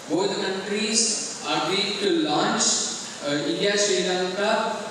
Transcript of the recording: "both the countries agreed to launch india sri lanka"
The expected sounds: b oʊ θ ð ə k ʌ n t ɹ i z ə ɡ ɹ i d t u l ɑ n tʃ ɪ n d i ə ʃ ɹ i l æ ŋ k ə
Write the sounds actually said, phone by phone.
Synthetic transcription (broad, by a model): b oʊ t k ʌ n t ɹ i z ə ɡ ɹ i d t u l ɑ n tʃ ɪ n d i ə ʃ ɛ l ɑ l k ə